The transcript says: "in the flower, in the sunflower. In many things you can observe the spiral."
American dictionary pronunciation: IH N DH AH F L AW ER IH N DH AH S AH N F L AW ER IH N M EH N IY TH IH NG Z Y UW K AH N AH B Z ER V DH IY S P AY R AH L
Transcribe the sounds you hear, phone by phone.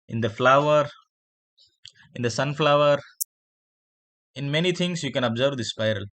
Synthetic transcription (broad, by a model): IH N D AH F L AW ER IH N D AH S AH N F L AW ER IH N M EH N IY T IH NG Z Y UW K AH N AH B Z ER V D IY S P AY R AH L